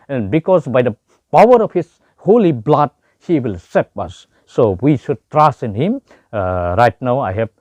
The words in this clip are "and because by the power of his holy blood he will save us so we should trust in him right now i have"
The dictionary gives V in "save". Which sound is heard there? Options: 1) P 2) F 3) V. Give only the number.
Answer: 1